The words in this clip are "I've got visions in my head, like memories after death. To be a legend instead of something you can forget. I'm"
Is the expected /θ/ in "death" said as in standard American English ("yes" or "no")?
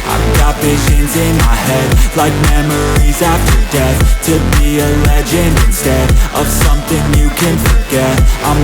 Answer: yes